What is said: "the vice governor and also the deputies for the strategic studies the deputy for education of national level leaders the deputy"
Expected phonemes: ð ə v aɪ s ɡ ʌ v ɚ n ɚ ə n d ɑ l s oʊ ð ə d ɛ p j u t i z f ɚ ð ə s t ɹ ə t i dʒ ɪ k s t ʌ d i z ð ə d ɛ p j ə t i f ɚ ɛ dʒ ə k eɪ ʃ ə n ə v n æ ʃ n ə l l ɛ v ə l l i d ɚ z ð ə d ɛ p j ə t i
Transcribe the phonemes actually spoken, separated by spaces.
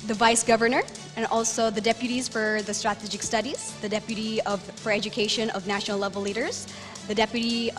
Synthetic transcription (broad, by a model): ð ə v aɪ s ɡ ʌ v ɚ n ɚ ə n ɑ l s oʊ ð ə d ɛ p j u t i z f ɚ ð ə s t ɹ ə t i dʒ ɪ k s t ʌ d i z ð ə d ɛ p j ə t i f ɚ ɛ dʒ ə k eɪ ʃ ə n ə v n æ ʃ n l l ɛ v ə l l i d ɚ z ð ə d ɛ p j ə t i